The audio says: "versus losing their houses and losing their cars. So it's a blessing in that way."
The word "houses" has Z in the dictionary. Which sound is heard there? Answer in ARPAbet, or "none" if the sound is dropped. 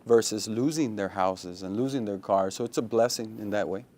Z